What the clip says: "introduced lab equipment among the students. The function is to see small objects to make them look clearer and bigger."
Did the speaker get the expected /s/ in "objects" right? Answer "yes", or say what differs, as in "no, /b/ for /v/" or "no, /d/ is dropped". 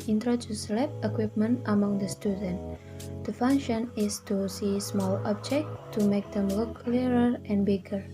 no, /s/ is dropped